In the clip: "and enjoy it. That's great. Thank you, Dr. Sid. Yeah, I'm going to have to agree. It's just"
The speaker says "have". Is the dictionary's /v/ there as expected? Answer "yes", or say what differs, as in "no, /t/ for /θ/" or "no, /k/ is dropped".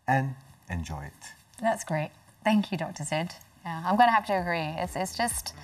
no, /p/ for /v/